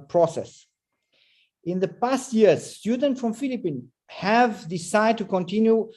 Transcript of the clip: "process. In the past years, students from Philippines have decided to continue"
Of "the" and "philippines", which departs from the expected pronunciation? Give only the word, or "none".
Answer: philippines